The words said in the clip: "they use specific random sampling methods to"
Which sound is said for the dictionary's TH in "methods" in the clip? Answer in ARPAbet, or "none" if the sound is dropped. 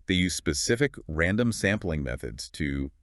TH